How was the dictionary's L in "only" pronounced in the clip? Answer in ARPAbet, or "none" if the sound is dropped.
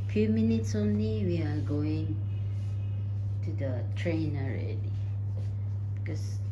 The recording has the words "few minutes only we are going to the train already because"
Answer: N